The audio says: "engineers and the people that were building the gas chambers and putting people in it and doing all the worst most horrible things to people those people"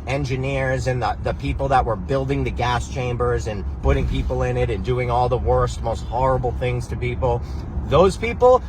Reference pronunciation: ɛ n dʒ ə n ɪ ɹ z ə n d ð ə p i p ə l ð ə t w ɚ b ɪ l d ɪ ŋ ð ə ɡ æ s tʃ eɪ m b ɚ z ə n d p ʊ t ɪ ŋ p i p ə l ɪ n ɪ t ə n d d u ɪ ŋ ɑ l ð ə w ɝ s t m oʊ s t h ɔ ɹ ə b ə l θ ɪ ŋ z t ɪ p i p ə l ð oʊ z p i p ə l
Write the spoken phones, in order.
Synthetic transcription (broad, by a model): ɛ n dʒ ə n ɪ ɹ z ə n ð ð ə p i p l ð ə t w ɚ b ɪ l d ɪ ŋ ð ə ɡ æ s tʃ eɪ m b ɚ z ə n p ʊ t ɪ ŋ p i p l ɪ n ɪ t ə n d d u ɪ ŋ ɑ l ð ə w ɝ s t m oʊ s t h ɔ ɹ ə b l θ ɪ ŋ z t ɪ p i p l ð oʊ z p i p l